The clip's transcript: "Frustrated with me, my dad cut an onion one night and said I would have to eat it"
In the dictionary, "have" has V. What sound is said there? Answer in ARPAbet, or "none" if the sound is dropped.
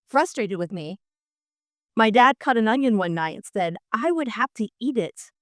F